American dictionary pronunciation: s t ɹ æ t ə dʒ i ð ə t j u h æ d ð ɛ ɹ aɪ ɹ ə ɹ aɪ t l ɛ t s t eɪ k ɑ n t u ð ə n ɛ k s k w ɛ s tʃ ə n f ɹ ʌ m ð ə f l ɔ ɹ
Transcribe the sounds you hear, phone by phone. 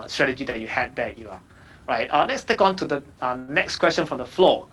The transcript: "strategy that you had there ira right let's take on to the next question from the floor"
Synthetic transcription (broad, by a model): s t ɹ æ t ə dʒ i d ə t j u h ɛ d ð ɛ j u ə ɹ aɪ t l ɛ t s t eɪ k ɑ n t u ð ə n ɛ k s k w ɛ s tʃ ə n f ɹ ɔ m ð ə f l ɔ